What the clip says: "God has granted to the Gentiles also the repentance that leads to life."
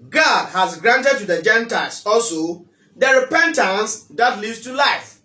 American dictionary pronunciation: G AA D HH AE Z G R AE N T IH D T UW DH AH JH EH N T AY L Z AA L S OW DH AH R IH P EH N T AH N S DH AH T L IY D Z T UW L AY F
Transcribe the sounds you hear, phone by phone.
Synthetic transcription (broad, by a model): G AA D HH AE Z G R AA N T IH D T UW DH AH JH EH N T AY L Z AA L S OW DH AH R IH P EH N T AH N S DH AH T L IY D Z T UW L AY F